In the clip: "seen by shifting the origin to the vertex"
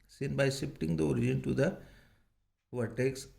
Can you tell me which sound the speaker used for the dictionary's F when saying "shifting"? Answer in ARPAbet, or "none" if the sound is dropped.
P